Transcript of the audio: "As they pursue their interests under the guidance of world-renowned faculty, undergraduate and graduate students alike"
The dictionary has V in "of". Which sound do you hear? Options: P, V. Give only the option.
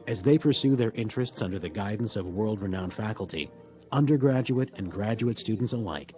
V